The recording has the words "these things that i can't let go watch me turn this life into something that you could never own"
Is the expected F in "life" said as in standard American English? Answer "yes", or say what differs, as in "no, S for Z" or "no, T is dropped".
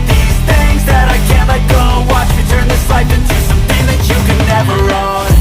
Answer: no, P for F